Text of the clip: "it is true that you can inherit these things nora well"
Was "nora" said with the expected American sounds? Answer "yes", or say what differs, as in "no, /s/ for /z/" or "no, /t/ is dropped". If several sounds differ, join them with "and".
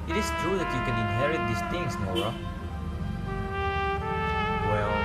no, /ɹ/ is dropped